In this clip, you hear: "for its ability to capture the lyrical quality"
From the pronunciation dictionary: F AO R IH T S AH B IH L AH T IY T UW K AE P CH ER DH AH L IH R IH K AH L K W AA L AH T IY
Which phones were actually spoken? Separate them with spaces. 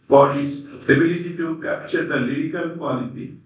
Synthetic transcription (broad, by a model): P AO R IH S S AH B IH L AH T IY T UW K AE P CH ER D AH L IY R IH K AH L K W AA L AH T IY